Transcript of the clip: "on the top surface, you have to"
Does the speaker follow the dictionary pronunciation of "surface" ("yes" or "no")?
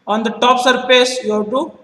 no